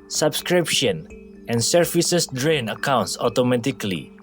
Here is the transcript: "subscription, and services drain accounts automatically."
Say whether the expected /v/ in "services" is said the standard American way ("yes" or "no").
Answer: no